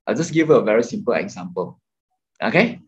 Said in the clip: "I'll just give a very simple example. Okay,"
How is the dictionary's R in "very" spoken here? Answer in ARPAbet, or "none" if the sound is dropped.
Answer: R